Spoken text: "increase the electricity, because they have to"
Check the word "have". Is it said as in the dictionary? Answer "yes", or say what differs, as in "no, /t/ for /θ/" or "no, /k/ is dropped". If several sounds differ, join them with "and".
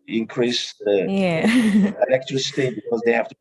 no, /f/ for /v/